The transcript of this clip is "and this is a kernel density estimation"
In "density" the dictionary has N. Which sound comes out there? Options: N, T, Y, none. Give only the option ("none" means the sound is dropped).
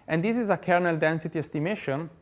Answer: N